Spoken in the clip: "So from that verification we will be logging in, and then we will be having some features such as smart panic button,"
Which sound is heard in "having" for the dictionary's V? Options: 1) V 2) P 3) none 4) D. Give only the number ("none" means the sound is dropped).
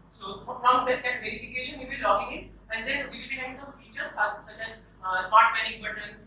3